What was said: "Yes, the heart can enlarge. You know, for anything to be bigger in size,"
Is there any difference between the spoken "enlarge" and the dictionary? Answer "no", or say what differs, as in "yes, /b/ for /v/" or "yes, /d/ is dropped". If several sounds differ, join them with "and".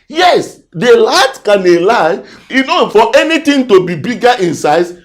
yes, /n/ is dropped